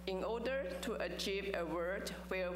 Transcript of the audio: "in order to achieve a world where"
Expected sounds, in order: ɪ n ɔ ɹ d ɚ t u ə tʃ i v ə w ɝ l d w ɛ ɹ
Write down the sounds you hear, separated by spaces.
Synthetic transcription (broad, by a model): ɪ n ɔ d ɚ t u ə tʃ i v ə w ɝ d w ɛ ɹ